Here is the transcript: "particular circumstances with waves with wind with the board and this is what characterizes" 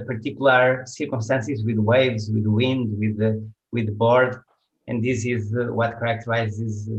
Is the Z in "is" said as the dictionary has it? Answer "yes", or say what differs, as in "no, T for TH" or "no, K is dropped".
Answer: yes